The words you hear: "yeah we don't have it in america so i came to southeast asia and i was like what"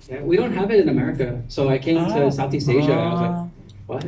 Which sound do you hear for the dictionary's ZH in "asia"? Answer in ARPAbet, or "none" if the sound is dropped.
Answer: ZH